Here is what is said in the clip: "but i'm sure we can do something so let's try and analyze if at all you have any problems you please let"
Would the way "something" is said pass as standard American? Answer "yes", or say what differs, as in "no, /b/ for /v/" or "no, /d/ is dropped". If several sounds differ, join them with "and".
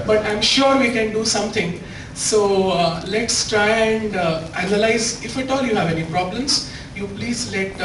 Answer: no, /t/ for /θ/